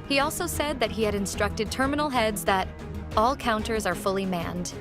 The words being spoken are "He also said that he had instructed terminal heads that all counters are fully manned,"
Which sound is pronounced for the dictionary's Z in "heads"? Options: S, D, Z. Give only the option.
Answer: Z